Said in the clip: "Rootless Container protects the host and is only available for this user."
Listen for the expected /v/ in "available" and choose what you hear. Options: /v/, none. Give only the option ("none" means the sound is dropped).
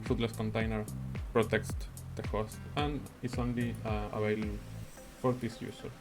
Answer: none